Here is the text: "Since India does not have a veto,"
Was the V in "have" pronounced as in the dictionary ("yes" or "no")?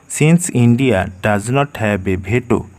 no